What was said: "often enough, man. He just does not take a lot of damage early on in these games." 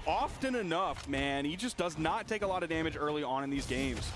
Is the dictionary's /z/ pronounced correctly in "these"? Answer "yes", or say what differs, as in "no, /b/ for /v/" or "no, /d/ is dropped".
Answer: yes